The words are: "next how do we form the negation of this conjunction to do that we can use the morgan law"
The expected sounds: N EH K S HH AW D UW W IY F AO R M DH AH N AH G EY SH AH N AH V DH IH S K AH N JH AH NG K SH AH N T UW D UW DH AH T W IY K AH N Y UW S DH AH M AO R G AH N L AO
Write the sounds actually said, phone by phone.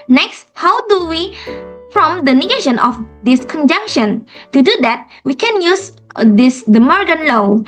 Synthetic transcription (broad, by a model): N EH K S HH AW D UW W IY F AO M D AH N AH G EY SH AH N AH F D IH S K AH N JH AH NG K SH AH N T UW D UW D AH T W IY K AH N Y UW S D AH M AO R G AH N L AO